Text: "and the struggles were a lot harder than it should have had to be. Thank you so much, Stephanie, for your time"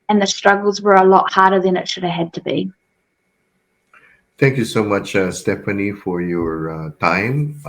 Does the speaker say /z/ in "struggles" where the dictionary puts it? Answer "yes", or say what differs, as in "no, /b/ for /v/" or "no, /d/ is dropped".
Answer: yes